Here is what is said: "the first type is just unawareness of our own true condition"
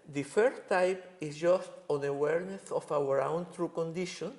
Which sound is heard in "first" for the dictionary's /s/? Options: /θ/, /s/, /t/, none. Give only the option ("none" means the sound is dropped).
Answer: none